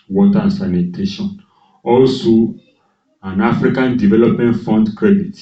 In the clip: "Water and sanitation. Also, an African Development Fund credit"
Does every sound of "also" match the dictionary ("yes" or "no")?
yes